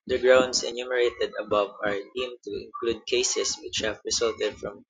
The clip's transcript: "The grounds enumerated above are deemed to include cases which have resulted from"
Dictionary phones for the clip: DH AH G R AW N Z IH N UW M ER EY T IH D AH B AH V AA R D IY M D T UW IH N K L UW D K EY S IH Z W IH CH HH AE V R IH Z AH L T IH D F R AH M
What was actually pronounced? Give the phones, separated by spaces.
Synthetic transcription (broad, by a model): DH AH G R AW N S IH N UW M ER EY T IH D AH B AH V AA R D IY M T UW IH N K L UW D K EY S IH S W IH CH HH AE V R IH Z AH L T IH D F R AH M